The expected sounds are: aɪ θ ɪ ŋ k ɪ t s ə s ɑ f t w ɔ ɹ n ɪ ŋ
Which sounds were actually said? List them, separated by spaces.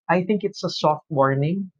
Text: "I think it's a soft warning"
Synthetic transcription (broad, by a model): aɪ θ ɪ ŋ k ɪ t s ə s ɑ f t w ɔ ɹ n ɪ ŋ